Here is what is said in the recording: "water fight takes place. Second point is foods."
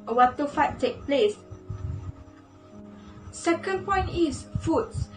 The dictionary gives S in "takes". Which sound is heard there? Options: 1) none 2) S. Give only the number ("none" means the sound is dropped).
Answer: 1